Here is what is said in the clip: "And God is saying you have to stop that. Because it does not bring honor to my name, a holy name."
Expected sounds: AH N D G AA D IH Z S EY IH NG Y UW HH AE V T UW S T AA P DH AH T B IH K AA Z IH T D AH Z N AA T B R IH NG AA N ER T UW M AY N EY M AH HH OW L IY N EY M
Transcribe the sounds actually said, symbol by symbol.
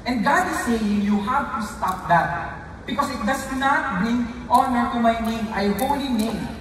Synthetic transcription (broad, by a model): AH N D G AA D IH S EY IH NG Y UW HH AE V T UW S T AA P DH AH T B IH K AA S IH T D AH S N AA T B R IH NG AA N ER T UW M AY N EY M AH HH OW L IY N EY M